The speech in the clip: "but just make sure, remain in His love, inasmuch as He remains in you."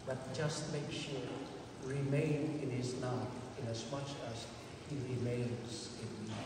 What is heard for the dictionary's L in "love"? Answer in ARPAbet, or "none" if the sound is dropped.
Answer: N